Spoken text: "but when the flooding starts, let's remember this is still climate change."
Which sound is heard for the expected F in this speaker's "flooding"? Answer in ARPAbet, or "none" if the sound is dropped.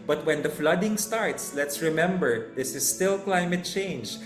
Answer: F